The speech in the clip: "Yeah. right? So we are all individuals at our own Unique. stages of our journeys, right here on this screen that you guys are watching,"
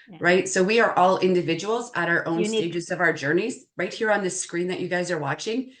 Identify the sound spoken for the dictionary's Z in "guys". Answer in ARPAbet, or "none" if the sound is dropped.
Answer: Z